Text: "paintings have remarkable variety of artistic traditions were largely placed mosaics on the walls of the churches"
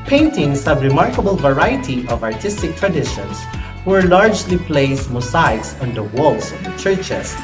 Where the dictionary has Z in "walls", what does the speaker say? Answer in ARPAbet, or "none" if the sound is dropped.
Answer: S